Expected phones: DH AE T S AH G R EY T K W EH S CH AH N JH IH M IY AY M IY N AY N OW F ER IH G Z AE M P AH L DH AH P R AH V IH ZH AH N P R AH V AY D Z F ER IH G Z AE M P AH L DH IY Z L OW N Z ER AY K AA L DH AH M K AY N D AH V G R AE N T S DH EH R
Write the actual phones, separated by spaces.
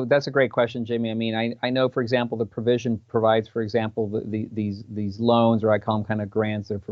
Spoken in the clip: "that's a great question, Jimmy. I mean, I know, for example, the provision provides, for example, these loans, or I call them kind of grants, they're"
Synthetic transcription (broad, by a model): DH AE T S AH G R EY T K W EH S CH AH N JH IH M IY AY M IY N AY N OW F ER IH G Z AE M P L DH AH P R AH V IH ZH AH N P R AH V AY D Z F ER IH G Z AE M P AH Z DH IY Z L OW N Z ER AY K AA L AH M K AY N D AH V G R AE N T S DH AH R